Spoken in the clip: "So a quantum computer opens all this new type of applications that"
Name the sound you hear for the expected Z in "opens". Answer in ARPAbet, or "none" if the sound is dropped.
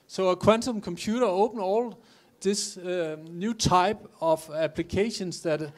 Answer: none